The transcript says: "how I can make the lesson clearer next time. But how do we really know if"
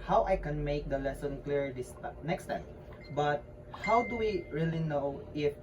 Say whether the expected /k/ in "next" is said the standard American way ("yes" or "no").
yes